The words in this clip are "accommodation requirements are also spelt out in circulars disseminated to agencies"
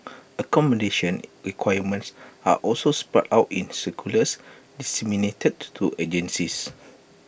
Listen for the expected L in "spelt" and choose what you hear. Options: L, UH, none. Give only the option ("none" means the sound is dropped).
none